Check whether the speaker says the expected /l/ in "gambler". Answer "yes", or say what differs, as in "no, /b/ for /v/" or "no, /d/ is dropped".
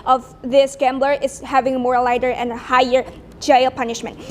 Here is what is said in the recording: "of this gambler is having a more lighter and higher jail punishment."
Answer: yes